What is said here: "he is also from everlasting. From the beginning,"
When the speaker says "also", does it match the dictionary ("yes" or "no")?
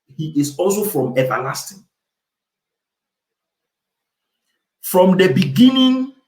yes